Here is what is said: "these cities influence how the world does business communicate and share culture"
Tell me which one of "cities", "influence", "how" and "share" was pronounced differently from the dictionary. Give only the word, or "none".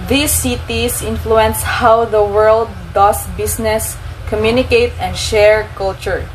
cities